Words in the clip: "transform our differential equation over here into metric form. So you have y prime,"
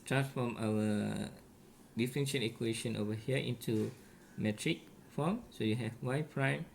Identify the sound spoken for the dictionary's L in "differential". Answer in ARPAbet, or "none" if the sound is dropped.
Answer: N